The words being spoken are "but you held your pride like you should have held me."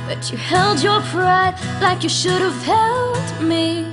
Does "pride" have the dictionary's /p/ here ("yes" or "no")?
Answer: yes